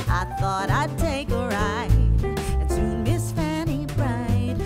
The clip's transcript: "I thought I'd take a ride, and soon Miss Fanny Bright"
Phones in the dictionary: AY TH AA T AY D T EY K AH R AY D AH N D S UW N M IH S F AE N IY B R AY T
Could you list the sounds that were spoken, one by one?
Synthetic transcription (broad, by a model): AY TH AA T AY D T EY K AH R AY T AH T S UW M IH S F AE N IY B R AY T